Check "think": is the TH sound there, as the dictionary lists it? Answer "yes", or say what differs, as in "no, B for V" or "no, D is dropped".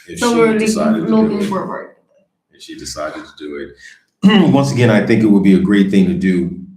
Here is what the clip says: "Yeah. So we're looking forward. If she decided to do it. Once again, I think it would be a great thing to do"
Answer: yes